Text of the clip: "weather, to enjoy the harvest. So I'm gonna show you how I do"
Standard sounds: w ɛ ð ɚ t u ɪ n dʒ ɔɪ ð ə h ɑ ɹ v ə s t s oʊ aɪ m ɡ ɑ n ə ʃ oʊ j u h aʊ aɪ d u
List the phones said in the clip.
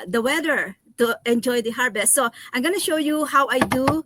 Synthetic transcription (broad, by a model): w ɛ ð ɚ t u ɪ n dʒ ɔɪ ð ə h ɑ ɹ b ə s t s oʊ aɪ m ɡ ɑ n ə ʃ oʊ j u h aʊ aɪ d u